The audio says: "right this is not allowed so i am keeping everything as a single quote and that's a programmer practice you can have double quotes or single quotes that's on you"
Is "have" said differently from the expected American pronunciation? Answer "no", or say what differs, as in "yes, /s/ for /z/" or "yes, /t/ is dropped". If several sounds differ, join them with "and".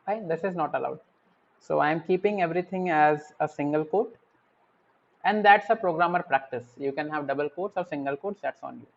no